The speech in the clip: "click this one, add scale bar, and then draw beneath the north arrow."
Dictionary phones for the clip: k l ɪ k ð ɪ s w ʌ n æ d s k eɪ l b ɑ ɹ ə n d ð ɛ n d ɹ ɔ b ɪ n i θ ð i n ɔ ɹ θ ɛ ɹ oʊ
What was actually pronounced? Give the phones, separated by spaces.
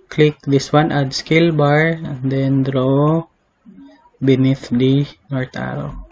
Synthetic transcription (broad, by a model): k l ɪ k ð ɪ s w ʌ n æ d s k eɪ l b ɑ ɹ ə n d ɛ n d ɹ ɔ b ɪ n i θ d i n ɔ ɹ t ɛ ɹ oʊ